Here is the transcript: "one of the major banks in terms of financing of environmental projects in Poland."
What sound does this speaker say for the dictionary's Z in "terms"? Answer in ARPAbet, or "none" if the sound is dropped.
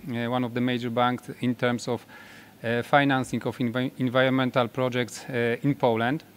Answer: S